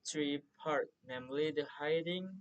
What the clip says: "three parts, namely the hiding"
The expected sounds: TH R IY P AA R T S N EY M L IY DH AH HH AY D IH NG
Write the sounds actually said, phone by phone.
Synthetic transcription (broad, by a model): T R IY P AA R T N EY M L IY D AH HH AY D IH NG